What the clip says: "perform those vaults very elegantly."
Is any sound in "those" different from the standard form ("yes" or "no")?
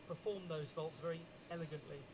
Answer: no